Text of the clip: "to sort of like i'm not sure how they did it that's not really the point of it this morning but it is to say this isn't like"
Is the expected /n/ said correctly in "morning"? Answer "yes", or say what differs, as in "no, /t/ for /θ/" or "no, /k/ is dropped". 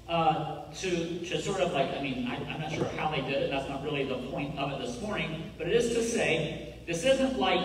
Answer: yes